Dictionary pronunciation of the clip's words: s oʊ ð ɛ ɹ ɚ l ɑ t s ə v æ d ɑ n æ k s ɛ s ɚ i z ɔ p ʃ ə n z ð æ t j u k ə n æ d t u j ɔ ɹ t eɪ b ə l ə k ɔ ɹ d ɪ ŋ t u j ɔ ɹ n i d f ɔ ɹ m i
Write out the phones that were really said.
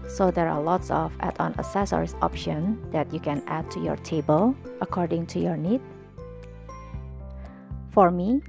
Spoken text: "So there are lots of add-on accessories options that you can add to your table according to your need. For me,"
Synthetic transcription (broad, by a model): s oʊ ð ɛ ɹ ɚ l ɑ t s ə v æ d ɑ n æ s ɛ s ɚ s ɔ p ʃ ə n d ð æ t j u k ə n æ d t u j ɔ ɹ t eɪ b ə l ə k ɔ ɹ d ɪ ŋ t u j ɔ ɹ n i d f ɔ ɹ m i